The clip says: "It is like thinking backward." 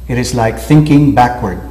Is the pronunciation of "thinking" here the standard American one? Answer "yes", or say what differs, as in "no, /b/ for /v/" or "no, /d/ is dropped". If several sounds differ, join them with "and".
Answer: yes